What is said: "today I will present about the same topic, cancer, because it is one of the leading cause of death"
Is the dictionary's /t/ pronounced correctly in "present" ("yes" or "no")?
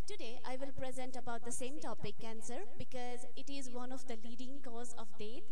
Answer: yes